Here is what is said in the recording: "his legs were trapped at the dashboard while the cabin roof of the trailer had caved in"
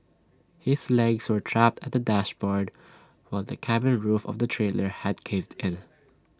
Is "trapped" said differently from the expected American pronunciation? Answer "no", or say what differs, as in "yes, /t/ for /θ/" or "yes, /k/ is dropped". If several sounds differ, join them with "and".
no